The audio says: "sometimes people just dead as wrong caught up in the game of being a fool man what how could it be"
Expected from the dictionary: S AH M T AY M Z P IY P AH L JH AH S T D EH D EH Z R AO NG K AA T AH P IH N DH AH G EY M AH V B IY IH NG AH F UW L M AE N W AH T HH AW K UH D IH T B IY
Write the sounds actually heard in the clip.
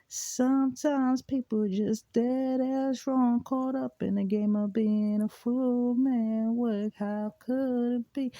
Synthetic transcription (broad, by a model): S AH M T AY M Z P IY P L JH AH S D EH D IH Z R AO NG K AA T AH P IH N DH AH G EY M AH V B IY IH NG AH F UW L M AE N W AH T HH AW K UH D IH T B IY